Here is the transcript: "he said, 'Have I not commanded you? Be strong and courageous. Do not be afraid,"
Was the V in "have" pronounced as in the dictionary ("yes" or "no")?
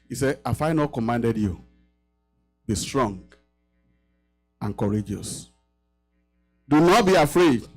no